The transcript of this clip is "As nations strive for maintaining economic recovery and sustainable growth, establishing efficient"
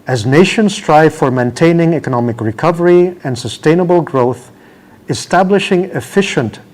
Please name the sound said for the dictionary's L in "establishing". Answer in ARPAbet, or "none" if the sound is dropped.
L